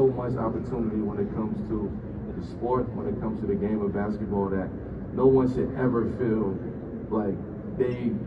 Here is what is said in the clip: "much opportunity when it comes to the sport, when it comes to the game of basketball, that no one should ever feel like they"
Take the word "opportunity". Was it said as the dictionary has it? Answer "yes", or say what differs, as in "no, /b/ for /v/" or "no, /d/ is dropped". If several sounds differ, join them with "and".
yes